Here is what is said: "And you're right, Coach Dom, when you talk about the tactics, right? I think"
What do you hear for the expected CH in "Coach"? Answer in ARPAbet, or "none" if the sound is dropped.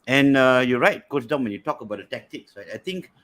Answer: S